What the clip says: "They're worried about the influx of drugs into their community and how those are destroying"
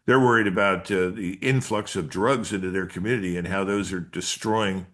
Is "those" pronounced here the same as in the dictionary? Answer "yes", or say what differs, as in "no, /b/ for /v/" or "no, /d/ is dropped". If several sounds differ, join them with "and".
yes